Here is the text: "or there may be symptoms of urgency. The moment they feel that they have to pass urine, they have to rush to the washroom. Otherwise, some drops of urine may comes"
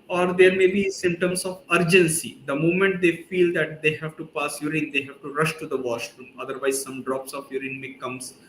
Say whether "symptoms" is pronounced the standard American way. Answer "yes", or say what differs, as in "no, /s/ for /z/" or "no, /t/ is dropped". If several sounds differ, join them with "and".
no, /p/ is dropped